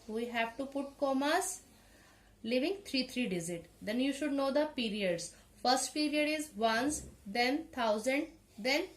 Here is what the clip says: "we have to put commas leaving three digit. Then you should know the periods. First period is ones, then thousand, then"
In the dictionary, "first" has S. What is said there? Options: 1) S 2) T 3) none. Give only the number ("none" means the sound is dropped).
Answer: 1